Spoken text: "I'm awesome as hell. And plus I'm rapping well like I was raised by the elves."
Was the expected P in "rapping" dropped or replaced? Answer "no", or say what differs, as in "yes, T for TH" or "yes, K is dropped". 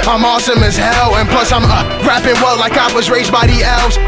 no